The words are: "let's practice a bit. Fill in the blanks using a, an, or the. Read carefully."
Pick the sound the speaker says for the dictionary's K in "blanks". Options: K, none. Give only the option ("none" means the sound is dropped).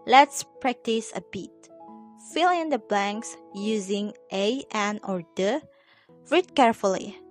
K